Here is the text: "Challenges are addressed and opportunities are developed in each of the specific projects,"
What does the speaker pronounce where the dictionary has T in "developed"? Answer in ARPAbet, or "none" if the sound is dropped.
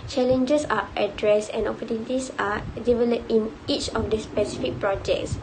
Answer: none